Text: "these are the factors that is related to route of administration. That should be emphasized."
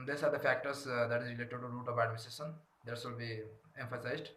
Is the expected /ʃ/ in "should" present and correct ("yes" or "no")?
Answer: no